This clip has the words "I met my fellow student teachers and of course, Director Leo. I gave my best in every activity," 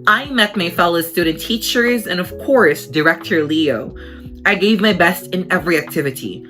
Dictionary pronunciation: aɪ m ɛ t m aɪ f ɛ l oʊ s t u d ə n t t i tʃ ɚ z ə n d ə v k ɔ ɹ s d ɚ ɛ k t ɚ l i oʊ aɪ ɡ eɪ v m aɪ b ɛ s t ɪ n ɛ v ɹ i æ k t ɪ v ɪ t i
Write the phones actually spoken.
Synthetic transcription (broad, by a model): aɪ m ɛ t m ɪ f ɛ l oʊ s t u d n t t i tʃ ɚ z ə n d ə v k ɔ ɹ s d ɚ ɛ k t ɚ l i oʊ aɪ ɡ eɪ v m aɪ b ɛ s t ɪ n ɛ v ɹ i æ k t ɪ v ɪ t i